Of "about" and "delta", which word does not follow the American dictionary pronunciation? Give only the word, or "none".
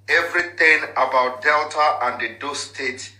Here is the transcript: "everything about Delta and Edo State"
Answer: none